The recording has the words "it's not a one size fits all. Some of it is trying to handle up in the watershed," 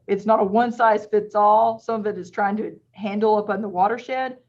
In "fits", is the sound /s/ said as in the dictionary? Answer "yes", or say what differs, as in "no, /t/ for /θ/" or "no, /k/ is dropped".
yes